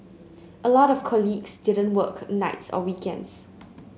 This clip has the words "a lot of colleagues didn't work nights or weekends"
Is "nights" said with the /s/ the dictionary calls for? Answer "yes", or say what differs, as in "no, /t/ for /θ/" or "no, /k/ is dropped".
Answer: yes